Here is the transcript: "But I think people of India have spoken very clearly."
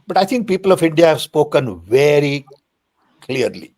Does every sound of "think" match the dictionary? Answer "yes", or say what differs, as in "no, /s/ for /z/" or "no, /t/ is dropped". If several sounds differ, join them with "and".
no, /t/ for /θ/